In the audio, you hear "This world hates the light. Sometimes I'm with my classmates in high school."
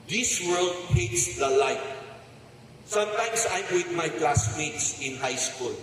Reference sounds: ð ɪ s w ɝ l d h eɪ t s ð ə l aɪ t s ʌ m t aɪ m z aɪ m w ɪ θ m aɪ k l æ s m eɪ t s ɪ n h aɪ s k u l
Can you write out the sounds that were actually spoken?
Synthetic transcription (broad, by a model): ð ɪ s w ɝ l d h eɪ t s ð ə l aɪ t s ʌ m t aɪ m s aɪ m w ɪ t m aɪ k l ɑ s m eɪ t s ɪ n h aɪ s k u l